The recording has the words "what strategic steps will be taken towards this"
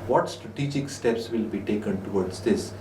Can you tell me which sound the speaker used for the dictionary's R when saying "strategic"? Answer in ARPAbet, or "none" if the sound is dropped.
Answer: R